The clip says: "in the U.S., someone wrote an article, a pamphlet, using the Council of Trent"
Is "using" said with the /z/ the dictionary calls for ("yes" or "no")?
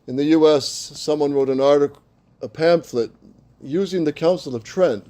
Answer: yes